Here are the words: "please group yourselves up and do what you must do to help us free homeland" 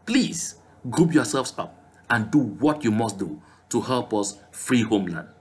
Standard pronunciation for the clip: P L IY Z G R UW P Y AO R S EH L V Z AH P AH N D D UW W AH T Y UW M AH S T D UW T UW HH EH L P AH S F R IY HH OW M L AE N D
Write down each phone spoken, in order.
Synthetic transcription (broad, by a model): P L IY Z G R UW P Y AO S EH L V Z AH P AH N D D UW W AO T Y UW M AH S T D UW T UW HH EH L P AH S F R IY HH OW M L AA N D